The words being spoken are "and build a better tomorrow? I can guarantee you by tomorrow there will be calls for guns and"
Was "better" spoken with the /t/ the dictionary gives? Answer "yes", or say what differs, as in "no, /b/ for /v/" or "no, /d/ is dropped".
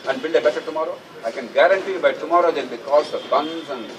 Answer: no, /s/ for /t/